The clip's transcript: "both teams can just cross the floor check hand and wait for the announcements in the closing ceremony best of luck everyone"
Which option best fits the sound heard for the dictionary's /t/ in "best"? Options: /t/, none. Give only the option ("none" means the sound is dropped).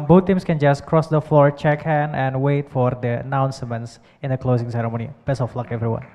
none